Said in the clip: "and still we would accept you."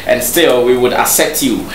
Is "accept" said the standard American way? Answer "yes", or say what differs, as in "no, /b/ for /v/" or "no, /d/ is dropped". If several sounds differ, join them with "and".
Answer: no, /k/ is dropped and /p/ is dropped